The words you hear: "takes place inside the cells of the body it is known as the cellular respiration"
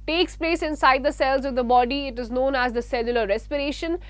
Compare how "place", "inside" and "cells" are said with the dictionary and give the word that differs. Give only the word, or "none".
none